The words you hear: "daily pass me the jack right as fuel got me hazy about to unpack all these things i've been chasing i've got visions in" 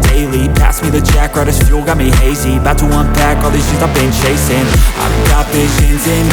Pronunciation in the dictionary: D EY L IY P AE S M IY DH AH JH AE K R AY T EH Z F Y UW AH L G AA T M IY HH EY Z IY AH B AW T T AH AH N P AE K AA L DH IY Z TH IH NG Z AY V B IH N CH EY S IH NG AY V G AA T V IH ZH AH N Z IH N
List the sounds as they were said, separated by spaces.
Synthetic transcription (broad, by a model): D EY L IY P AE S M IY DH AH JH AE K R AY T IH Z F Y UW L G AA T M IY HH EY Z IY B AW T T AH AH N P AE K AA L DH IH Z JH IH Z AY B IH N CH EY S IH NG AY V G AA T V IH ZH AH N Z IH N